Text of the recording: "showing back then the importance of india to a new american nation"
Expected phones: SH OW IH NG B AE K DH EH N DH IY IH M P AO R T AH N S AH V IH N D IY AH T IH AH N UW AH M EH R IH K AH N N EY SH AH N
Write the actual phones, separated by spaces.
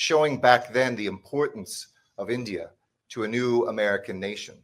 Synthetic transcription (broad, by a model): SH OW IH NG B AE K DH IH N DH IY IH M P AO R T N S AH V IH N D IY AH T IH AH N UW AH M EH R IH K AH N N EY SH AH N